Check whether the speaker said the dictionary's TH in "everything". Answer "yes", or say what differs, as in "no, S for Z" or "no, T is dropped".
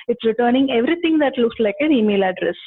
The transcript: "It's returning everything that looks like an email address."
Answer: no, T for TH